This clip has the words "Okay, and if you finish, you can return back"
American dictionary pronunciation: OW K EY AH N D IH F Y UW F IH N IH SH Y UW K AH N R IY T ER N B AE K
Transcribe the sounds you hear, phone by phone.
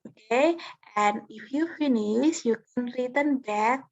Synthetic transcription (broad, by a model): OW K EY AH N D IH F Y UW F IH N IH S Y UW K AH N R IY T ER N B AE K